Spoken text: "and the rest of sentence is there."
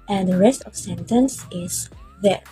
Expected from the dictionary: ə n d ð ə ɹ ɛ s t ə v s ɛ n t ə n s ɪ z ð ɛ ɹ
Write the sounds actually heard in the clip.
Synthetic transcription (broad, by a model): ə n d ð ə ɹ ɛ s t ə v s ɛ n t ə n s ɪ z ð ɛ ɹ